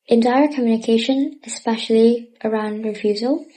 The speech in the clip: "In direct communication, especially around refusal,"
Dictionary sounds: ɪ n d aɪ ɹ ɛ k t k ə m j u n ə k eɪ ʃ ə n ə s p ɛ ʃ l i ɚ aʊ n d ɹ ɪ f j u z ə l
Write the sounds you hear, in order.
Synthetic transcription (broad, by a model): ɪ n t aɪ ʌ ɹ k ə m j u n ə k eɪ ʃ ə n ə s p ɛ ʃ l i ɚ aʊ n d ɹ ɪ f j u z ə l